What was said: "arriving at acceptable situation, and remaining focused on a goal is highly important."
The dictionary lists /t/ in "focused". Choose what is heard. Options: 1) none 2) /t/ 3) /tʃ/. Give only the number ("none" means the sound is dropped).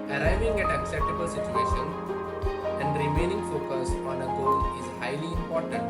1